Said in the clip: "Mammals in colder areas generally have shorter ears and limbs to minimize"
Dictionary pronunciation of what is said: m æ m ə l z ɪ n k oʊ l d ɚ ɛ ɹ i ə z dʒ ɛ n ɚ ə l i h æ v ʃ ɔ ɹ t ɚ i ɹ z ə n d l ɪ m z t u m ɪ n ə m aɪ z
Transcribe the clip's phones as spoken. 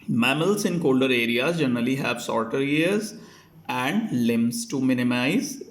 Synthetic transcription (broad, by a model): m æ m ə l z ɪ n k oʊ l d ɚ ɛ ɹ i ə z dʒ ɛ n ɚ ə l i h æ v s ɔ ɹ t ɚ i ɹ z ə n d l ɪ m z t u m ɪ n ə m aɪ z